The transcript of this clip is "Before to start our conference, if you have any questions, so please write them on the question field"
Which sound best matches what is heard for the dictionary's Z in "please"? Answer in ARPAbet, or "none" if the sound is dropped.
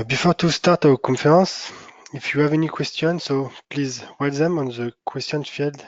Z